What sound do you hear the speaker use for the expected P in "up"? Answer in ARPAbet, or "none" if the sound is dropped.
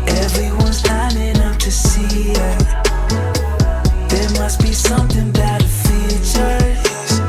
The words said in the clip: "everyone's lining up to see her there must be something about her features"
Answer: F